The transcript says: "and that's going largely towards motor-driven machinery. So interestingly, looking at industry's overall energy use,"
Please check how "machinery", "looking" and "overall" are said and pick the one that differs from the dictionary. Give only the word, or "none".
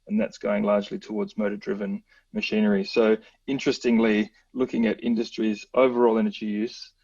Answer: none